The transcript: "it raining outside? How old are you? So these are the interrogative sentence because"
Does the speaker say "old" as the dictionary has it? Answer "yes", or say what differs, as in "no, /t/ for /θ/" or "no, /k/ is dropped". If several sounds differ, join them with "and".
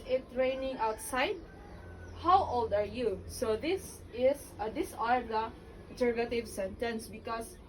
yes